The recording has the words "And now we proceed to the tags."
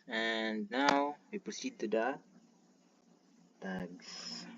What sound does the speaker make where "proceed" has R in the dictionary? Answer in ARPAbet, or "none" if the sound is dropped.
none